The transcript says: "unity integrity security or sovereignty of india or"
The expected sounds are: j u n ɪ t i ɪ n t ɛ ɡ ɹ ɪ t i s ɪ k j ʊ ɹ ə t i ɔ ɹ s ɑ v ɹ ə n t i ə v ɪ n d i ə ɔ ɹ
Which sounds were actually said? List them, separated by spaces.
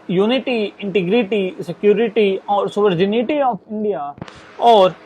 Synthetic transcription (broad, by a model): j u n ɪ t i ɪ n t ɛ ɡ ɹ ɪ t i s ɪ k j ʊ ɹ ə t i ɔ ɹ s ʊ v ɹ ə n t i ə p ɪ n d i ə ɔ ɹ